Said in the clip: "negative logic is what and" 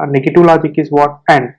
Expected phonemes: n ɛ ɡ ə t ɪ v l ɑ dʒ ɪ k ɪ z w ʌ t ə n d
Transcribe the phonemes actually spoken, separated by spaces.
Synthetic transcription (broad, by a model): n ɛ ɡ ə t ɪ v l ɑ dʒ ɪ k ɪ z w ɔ t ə n d